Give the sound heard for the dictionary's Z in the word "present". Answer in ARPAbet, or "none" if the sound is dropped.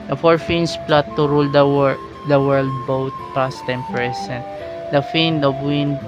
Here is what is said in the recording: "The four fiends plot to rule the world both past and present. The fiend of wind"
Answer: S